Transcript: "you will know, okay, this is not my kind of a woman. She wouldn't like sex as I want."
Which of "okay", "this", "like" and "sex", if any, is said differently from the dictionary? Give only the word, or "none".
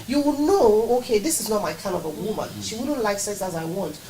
sex